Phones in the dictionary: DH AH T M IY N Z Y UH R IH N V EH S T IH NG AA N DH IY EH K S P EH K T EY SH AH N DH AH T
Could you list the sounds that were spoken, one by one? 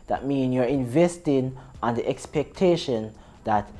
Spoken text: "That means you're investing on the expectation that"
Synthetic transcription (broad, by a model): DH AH T M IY N Y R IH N V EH S T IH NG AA N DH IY EH K S P EH K T EY SH AH N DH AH T